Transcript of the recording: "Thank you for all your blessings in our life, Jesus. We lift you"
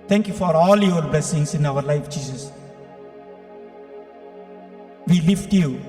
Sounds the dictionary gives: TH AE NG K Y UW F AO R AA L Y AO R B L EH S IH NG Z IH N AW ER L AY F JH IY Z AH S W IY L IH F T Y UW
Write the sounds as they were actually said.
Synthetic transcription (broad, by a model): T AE NG K Y UW F AO R AA L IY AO L B L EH S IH NG S IH N AW ER L AY F JH IY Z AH S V IY L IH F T Y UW